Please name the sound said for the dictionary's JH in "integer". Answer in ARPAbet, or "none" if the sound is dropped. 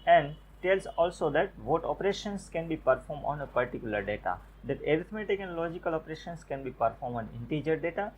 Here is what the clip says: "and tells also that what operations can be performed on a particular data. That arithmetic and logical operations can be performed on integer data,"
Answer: JH